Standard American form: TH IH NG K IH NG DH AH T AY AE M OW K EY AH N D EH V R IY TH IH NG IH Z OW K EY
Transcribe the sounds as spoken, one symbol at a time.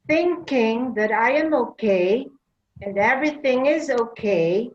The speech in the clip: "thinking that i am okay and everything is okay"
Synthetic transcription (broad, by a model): TH IH NG K IH NG DH AH T AY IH M OW K EY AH N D EH V R IY TH IH NG IH Z OW K EY